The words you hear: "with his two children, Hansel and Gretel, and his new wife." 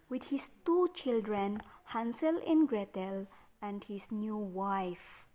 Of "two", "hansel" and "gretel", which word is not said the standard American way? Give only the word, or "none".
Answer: none